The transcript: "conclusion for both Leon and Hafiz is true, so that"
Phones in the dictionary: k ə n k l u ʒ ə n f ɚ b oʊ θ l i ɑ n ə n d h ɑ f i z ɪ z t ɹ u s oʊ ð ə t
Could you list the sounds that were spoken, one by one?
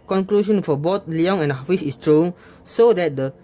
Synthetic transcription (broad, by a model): k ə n k l u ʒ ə n f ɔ b oʊ t l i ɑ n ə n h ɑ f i s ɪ s t ɹ u s oʊ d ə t